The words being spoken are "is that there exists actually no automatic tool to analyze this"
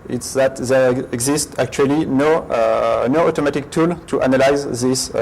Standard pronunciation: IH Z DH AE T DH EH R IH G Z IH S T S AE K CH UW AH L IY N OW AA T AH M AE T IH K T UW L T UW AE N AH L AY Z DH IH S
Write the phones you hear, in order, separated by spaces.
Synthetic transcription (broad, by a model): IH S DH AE T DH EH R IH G Z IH S T AE K CH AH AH N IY N OW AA T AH M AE T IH K T UW L T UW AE N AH L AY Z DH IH S